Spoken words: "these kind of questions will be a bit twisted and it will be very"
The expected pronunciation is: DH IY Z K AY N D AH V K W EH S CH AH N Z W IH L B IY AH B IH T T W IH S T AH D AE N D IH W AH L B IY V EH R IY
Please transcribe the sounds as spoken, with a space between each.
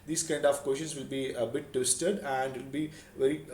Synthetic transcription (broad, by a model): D IY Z K AY N D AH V K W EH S SH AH N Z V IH L B IY AH B IH T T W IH S T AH D AE N D IH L B IY V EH R IY